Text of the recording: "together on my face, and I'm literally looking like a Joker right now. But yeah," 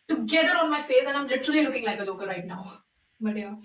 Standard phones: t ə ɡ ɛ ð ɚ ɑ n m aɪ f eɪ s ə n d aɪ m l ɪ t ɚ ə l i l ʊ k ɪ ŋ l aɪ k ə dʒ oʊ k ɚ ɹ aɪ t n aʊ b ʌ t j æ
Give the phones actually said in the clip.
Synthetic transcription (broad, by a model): t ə ɡ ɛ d ɚ ɑ n m aɪ f eɪ s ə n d aɪ m l ɪ t ɚ ə l i l ʊ k ɪ ŋ l aɪ k ə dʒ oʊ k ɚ ɹ aɪ t n aʊ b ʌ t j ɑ